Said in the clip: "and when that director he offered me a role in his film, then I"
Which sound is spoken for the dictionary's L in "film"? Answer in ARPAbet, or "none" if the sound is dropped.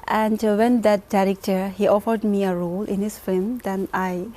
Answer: none